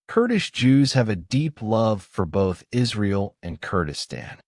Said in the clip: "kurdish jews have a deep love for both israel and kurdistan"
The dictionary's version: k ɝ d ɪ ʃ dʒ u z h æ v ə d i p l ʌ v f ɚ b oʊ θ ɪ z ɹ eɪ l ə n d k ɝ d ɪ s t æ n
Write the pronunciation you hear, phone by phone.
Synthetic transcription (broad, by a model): k ɝ d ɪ ʃ dʒ u z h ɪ v ə d i p l ʌ v f ɚ b oʊ θ ɪ z ɹ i l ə n k ɝ d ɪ s t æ n